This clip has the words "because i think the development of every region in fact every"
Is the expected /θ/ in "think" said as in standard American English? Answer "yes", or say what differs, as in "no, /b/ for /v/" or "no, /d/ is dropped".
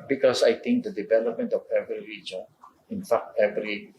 no, /t/ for /θ/